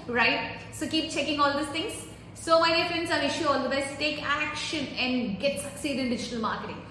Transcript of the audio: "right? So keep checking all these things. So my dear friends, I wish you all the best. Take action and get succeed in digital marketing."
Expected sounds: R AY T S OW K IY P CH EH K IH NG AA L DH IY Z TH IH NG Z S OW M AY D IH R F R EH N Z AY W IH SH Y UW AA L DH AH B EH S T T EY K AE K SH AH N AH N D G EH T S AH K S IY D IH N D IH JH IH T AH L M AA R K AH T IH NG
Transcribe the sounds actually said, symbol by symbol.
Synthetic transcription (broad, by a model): R AY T S OW K IY P CH EH K IH NG AA L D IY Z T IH NG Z S OW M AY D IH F EH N S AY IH SH Y UW AA L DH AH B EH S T T EY K AE K SH AH N AH N D G EH T S AH K S IY D IH N D IH JH IH T AH L M AA R K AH T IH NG